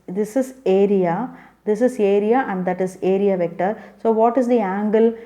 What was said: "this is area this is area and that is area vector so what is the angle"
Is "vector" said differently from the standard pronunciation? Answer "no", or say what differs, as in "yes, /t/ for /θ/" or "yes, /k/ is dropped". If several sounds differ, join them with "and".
no